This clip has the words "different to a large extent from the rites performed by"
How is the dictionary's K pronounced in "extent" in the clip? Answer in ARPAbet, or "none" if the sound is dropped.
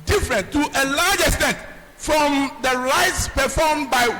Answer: K